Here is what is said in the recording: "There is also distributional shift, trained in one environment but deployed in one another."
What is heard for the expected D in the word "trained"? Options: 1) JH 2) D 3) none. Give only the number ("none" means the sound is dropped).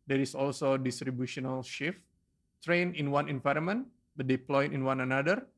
3